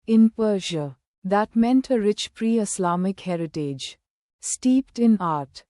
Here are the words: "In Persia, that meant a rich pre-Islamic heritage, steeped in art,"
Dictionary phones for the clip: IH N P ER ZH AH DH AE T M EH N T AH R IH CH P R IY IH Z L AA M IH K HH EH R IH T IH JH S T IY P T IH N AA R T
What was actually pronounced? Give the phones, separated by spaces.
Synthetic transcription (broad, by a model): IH N P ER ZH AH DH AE T M EH N T AH R IH CH P R IY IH S L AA M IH K HH EH R IH T IH JH S T IY P T IH N AA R T